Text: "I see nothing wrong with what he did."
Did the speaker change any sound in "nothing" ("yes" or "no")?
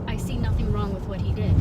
no